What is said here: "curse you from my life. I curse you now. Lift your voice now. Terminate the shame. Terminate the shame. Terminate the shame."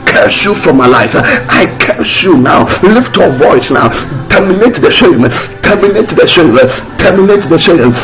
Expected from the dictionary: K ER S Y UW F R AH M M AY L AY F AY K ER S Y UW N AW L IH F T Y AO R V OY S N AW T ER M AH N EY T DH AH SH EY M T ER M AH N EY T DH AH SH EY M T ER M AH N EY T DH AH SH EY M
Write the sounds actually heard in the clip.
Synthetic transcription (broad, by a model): K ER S Y UW F R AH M M AY L AY F AY K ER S Y UW N AW L IH F T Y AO V OY S N AW T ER M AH N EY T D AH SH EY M T ER M AH N EY T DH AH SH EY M T ER M AH N EY T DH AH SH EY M